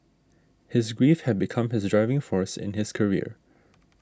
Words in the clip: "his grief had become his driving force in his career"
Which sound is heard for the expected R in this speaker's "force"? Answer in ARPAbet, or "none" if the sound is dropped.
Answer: R